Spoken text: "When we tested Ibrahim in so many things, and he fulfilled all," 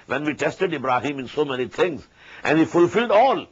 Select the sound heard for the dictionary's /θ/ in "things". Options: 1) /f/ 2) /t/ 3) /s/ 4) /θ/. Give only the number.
2